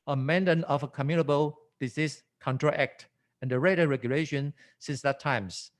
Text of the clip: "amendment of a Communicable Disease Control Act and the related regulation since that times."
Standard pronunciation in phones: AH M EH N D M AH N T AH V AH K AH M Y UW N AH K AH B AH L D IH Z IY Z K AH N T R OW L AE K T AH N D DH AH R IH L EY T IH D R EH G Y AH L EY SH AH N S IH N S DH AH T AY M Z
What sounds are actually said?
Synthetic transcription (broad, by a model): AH M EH N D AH N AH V AH K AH M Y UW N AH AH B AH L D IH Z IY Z K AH N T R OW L AE K T AH N D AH R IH IH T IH R EH G Y AH L EY SH AH N S IH N S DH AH T AY M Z